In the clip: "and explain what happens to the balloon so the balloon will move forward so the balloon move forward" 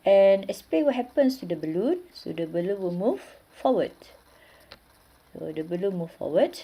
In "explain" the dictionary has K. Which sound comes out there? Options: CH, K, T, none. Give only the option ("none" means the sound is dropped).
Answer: none